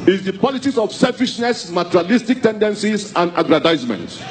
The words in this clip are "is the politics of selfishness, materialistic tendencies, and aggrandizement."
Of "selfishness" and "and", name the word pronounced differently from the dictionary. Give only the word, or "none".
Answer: none